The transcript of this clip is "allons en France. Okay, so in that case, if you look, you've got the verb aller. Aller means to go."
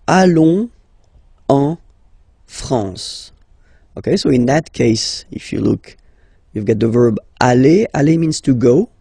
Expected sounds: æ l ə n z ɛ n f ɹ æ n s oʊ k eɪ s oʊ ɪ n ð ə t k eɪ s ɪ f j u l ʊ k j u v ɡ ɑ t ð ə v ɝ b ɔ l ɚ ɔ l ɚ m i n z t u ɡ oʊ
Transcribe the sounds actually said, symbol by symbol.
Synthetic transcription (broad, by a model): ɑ l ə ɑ f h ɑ s oʊ k eɪ s oʊ ɪ n ð ə t k eɪ s ɪ f j u l ʊ k j u v ɡ ɑ t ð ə v ɝ b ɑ l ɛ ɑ l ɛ m i n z t u ɡ oʊ